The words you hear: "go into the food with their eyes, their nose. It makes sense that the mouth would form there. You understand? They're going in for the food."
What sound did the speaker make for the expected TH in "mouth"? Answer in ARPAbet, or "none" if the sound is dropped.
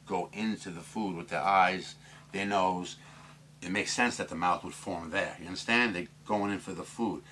TH